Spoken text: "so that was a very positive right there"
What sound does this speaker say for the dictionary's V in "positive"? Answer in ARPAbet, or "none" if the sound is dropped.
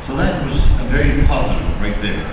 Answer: B